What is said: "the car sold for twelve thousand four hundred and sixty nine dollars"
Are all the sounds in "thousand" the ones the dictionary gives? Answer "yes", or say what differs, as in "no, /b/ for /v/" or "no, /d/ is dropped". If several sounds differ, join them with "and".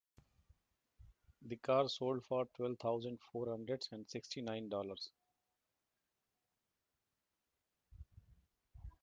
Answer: no, /t/ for /θ/